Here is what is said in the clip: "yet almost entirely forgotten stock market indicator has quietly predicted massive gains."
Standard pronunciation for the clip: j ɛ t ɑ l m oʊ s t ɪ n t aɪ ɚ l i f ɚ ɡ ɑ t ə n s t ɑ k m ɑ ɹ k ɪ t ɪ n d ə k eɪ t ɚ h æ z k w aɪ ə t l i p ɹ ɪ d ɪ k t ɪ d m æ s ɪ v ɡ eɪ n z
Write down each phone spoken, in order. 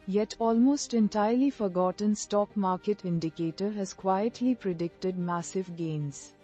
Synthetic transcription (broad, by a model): j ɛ t ɑ l m oʊ s t ɪ n t aɪ ɚ l i f ɚ ɡ ɑ t ə n s t ɑ k m ɑ ɹ k ɪ t ɪ n d ə k eɪ t ɚ h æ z k w aɪ ə t l i p ɹ ɪ d ɪ k t ɪ d m æ s ɪ v ɡ eɪ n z